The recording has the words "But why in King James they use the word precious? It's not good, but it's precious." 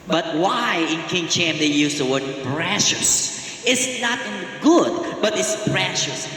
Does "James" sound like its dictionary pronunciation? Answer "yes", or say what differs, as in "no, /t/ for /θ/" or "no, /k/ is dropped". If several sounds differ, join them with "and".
no, /tʃ/ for /dʒ/